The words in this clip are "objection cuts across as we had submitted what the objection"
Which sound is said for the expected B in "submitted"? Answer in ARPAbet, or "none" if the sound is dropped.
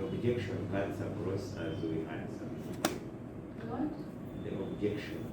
none